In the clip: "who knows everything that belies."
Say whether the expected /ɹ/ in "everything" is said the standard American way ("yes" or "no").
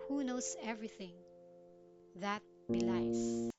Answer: yes